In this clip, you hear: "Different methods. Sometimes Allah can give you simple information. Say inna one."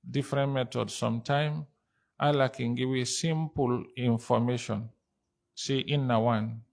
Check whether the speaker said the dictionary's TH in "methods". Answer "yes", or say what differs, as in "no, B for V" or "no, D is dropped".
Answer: no, T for TH